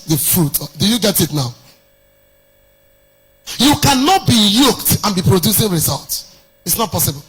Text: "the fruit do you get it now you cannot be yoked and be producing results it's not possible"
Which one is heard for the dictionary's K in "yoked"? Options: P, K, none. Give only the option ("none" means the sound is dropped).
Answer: K